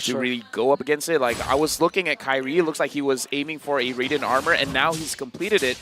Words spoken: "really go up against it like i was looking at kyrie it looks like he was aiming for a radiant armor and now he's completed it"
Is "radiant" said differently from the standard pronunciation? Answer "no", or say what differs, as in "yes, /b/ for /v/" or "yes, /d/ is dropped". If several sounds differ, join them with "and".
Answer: yes, /t/ is dropped